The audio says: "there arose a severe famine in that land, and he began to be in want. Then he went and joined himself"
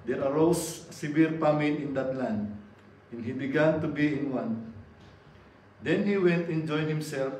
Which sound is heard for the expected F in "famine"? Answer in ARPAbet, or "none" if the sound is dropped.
P